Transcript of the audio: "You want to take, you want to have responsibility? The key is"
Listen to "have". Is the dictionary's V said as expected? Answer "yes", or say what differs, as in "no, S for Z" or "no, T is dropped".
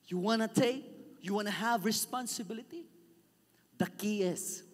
yes